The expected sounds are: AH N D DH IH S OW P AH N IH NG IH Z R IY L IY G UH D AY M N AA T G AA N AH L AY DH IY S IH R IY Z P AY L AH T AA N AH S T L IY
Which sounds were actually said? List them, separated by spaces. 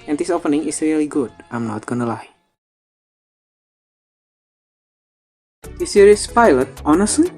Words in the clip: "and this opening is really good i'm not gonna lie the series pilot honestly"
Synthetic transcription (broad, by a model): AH N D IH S OW P AH N IH NG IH S R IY L IY G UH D AY M N AA T G AA N AH L AY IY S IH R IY S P AY L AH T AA N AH S T L IY